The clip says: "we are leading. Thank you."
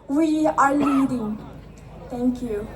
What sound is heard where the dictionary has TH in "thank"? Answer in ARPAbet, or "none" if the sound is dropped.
T